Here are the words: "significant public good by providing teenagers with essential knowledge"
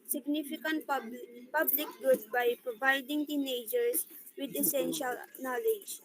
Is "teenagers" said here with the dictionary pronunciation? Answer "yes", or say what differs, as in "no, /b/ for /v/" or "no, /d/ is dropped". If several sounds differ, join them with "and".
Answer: no, /s/ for /z/